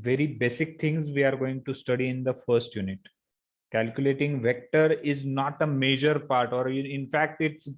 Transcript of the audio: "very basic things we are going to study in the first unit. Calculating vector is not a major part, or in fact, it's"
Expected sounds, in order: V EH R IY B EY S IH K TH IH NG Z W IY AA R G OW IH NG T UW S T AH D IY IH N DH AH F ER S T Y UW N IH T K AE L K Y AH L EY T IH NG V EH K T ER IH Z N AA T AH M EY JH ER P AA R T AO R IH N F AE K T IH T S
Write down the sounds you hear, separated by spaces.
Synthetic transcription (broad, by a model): V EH R IY B EY S IH K T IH NG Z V IY AA R G OW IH NG T UW S T AH D IY IH N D AH F ER S T Y UW N IH T K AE L K Y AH L EY T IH NG V EH K T ER IH Z N AA T AH M EY JH ER P AA R T AO R IH N F AE K T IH T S